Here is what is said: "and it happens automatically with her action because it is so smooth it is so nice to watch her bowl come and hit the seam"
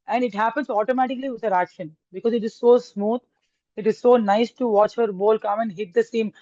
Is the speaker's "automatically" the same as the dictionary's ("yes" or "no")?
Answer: yes